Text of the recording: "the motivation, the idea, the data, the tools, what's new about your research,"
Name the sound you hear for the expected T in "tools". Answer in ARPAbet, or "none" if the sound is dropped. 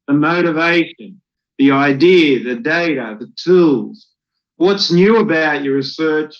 T